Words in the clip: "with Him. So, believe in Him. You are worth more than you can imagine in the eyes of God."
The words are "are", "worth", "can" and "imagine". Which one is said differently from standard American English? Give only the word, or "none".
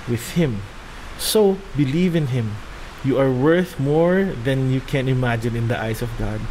none